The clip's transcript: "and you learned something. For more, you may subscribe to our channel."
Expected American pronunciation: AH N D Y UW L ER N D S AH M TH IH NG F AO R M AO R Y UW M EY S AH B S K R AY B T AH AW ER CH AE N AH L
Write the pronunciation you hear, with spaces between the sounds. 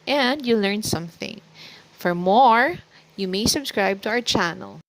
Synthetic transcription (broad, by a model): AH N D Y UW L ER N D S AH M TH IH NG F AO R M AO R Y UW M EY S AH B S K R AY B T AH AW ER CH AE N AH L